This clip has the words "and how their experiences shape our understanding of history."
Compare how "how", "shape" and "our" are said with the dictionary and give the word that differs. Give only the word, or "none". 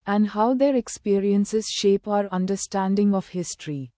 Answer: none